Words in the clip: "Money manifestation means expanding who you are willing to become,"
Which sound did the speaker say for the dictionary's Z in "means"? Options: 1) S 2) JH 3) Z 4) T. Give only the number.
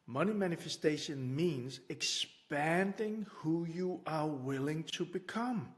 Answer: 3